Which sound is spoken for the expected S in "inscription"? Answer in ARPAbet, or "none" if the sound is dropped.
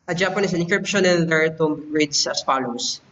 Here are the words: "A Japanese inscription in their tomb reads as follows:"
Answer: none